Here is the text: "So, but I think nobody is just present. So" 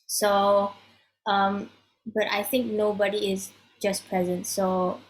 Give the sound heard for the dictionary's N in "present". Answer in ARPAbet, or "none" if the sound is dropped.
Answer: N